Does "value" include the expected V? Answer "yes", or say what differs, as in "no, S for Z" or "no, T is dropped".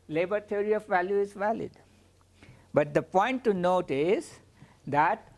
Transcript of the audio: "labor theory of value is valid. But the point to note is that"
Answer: yes